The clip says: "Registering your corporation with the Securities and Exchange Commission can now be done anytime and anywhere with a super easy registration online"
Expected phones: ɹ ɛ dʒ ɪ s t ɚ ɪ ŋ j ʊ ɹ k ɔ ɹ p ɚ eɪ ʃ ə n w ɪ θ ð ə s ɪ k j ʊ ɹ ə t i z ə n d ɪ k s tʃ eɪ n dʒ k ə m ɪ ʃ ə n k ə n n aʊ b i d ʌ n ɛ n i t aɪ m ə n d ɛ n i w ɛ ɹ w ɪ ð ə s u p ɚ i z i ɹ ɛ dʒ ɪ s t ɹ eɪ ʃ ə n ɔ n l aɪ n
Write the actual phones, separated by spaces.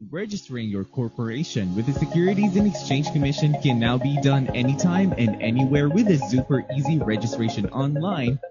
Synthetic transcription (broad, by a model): ɹ ɛ dʒ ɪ s t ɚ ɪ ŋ j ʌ ɹ k ɔ ɹ p ɚ eɪ ʃ ə n w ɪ ð ə s ɪ k j ʊ ɹ ə t i z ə n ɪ k s tʃ eɪ n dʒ k ə m ɪ ʃ ə n k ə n n aʊ b i d ʌ n ɛ n i t aɪ m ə n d ɛ n i w ɛ ɹ w ɪ ð ə s u p ɚ i z i ɹ ɛ dʒ ɪ s t ɹ eɪ ʃ ə n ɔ n l aɪ n